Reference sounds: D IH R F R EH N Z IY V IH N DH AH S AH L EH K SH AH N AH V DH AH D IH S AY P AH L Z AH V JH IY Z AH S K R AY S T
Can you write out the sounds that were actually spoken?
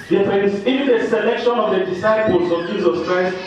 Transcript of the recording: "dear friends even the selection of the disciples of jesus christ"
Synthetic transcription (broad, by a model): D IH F EH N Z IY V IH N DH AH S AH L EH K SH AH N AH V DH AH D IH S AY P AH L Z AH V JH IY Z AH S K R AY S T